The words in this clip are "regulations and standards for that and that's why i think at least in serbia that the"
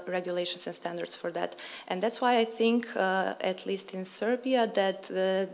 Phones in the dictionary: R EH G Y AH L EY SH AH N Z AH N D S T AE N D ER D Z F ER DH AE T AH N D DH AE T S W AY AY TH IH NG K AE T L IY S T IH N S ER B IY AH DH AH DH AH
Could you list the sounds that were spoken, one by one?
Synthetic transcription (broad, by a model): R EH G Y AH L EY SH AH N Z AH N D S T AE N D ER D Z F ER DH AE T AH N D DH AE T S W AY AY TH IH NG K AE T L IY S T IH N S ER B IY AH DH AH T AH